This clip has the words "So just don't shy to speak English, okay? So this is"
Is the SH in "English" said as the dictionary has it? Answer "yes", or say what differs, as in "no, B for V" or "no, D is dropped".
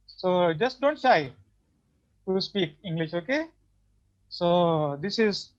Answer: yes